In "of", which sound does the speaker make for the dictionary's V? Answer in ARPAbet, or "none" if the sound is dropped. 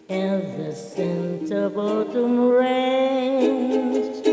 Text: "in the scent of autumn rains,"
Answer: B